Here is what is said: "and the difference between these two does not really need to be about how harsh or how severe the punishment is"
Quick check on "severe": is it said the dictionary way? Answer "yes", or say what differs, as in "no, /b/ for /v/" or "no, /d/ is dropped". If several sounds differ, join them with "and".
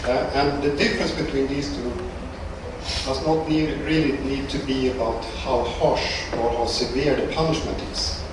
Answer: yes